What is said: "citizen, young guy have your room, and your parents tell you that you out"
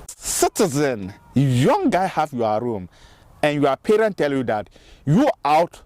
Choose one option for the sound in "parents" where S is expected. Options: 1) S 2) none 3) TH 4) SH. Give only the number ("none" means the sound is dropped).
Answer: 2